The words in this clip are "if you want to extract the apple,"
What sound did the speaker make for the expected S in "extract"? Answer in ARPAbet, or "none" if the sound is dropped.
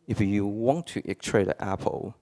none